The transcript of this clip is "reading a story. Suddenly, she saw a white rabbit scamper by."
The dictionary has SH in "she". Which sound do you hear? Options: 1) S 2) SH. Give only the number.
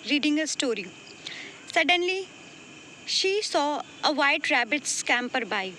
2